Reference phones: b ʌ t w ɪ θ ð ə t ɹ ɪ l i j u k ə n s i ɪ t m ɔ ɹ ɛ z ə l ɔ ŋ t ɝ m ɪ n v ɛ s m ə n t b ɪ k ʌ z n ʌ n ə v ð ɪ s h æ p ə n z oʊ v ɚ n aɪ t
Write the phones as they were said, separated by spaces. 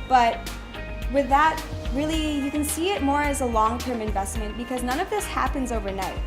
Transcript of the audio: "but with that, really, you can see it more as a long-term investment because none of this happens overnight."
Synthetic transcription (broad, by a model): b ʌ t w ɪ ð ə t ɹ ɪ l i j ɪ k ə n s i ɪ t m ɔ ɹ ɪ z ə l ɔ ŋ t ɝ m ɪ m v ɛ s m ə n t b ɪ k ʌ z n ʌ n ə v ð ɪ s h æ p ə n z oʊ v ɚ n aɪ t